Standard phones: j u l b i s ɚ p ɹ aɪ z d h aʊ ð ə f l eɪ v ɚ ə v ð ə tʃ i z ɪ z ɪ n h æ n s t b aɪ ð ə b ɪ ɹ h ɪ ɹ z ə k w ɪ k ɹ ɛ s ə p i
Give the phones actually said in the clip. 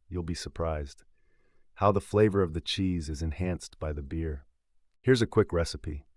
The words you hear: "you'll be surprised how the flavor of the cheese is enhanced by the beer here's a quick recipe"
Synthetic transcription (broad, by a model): j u l b i s ɚ p ɹ aɪ z d h aʊ ð ə f l eɪ v ɚ ə v ð ə tʃ i z ɪ z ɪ n h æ n s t b aɪ ð ə b ɪ ɹ h ɪ ɹ z ə k w ɪ k ɹ ɛ s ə p i